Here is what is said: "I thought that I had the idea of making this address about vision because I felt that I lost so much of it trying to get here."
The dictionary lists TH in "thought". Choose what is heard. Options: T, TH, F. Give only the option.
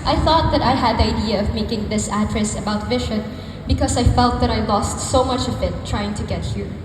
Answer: TH